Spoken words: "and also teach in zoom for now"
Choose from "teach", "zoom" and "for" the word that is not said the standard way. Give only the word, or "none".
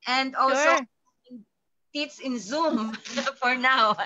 teach